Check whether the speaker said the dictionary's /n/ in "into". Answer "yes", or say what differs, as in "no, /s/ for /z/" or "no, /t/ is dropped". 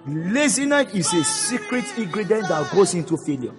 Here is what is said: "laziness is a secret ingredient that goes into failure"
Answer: yes